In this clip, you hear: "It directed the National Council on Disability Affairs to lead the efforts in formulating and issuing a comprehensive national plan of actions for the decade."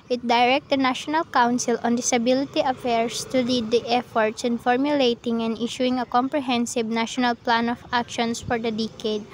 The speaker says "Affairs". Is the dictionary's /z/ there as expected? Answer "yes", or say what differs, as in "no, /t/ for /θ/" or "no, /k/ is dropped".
no, /s/ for /z/